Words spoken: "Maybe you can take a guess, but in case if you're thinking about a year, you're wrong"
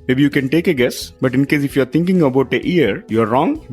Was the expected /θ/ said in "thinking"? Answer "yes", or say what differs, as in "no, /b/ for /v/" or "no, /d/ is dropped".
no, /t/ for /θ/